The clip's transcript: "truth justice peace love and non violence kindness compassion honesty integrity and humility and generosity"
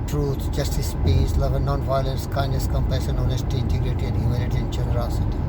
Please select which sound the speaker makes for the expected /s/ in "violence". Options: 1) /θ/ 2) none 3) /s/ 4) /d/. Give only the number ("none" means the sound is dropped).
3